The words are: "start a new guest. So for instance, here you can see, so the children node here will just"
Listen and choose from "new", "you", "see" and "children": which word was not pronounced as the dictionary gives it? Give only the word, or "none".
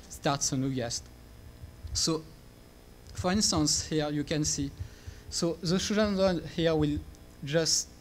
children